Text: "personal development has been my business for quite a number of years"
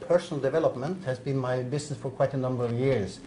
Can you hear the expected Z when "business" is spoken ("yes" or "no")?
no